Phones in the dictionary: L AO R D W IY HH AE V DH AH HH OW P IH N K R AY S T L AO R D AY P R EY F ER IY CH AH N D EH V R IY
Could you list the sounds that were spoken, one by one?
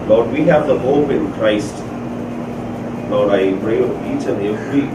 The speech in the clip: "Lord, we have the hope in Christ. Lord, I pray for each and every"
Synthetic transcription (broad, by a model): L AO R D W IY HH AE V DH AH HH OW P IH N K R AY S T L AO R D AY P R EY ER IY CH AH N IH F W IY